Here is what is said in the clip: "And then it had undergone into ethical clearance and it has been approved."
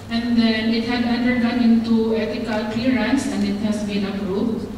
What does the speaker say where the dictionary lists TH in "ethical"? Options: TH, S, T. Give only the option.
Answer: T